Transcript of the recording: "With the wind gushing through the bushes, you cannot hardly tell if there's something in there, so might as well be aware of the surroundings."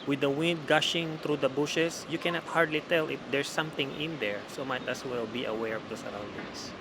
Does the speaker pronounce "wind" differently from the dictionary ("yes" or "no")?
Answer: no